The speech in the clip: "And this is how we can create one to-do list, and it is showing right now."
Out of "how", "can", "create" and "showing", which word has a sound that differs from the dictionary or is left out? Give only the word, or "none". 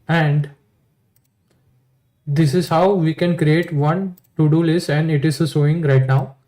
showing